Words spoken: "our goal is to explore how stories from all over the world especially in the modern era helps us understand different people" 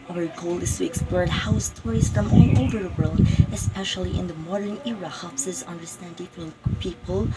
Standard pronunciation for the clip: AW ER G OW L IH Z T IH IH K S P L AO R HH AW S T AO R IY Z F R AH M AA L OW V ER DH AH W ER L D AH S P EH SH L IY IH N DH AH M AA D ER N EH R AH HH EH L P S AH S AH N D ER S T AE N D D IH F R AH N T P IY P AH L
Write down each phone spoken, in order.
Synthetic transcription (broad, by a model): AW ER G OW L IH Z T IH IH K S P L AO R HH AW S T AO R IY Z F R AH M AA L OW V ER DH AH W ER L D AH S P EH SH L IY IH N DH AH M AA D ER N EH R AH HH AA P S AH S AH N D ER S T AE N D D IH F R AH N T P IY P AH L